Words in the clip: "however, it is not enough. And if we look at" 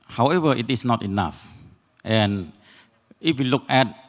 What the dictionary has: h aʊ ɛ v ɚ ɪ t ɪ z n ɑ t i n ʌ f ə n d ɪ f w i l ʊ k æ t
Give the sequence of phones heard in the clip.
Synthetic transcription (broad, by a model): h aʊ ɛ v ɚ ɪ t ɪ s n ɑ t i n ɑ f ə n ɪ f w i l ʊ k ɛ t